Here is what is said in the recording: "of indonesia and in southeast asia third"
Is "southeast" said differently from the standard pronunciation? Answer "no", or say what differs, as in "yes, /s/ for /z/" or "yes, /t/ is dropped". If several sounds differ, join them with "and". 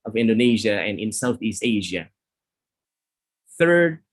no